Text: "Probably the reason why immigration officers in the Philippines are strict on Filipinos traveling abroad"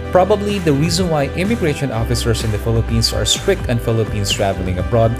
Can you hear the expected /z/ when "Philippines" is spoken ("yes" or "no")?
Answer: no